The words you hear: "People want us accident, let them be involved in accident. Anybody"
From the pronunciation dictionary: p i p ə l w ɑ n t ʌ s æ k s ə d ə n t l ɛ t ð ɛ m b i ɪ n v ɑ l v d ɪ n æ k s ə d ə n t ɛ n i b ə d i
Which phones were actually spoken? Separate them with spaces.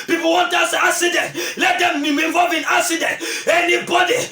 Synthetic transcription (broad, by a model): p i p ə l w ɑ n t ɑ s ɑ k s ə d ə n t l ɛ t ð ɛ m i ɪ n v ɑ l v ɪ n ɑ k s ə d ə n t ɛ n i b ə d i